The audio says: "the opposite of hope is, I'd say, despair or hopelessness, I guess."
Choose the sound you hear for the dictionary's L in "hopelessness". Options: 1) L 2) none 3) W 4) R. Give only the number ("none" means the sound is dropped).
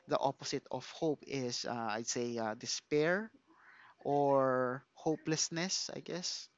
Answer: 1